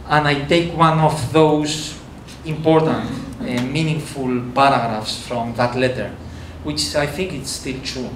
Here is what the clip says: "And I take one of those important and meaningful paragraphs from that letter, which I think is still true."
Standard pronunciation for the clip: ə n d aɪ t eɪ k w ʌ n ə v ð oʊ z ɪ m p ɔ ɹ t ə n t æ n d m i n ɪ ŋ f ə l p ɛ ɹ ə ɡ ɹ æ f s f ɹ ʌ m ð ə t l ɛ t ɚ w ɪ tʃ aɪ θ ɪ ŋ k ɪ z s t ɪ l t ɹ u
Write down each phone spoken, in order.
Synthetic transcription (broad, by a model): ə n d aɪ t eɪ k w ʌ n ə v ð oʊ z ɪ m p ɔ ɹ t ə n t m i n ɪ ŋ f ə l p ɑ ɹ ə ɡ ɹ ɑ f s f ɹ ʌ m ð ə t l ɛ t ɚ w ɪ tʃ aɪ θ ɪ ŋ k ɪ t s t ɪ l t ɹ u